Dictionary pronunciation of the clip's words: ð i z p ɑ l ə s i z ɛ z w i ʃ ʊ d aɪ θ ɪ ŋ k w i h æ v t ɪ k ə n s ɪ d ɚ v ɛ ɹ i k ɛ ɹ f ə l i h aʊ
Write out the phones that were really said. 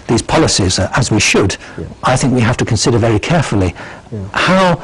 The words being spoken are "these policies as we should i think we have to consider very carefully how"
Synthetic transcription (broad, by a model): ð i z p ɑ l ə s i z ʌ z w i ʃ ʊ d aɪ θ ɪ ŋ k w i h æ f t ɪ k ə n s ɪ d ɚ v ɛ ɹ i k ɛ ɹ f ə l i h aʊ